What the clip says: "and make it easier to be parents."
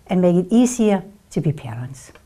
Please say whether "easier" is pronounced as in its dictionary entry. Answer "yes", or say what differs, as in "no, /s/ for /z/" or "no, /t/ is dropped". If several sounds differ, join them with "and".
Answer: no, /s/ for /z/